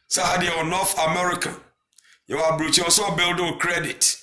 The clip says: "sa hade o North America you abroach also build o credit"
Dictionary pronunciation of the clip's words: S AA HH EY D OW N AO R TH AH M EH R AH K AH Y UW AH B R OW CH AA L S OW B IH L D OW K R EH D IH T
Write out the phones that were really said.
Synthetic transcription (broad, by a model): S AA HH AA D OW N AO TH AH M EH R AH K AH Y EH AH B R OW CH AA S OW B IH L D OW K R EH D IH T